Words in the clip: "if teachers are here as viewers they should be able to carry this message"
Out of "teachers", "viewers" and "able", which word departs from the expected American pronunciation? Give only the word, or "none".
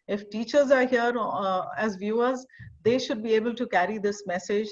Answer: none